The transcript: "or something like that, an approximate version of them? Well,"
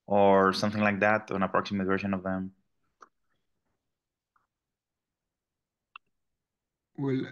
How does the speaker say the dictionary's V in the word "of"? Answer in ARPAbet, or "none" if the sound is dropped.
V